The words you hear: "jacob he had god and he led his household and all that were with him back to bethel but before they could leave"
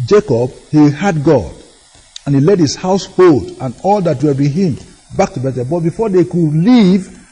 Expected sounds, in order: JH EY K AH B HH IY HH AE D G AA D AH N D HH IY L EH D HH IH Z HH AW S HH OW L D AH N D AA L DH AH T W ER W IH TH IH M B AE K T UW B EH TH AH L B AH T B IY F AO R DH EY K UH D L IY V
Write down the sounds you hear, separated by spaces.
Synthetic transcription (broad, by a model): JH EY K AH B HH IY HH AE D G AA D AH N HH IY L EH D HH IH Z HH AW S HH OW L D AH N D AA L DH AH T W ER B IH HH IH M B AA K T UW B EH T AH B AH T B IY F AO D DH EY K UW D L IY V